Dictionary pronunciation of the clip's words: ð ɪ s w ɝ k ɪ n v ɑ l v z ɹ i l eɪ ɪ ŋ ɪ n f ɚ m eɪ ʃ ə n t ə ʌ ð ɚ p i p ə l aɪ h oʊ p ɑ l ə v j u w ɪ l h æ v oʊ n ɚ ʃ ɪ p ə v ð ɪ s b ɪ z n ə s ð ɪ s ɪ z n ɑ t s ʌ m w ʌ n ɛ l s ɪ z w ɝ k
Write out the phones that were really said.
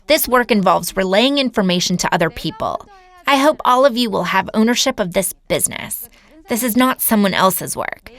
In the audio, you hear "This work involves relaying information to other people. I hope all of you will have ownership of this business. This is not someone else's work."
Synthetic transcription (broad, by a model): ð ɪ s w ɝ k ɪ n v ɑ l v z ɹ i l eɪ ɪ ŋ ɪ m f ɚ m eɪ ʃ n t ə ʌ ð ɚ p i p ə l aɪ h oʊ p ɑ l ə v j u w ɪ l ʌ v oʊ n ɚ ʃ ɪ p ə v ð ɪ s b ɪ z n ə s ð ɪ s ɪ z n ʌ t s ʌ m w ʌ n ɛ l s ɪ z w ɝ k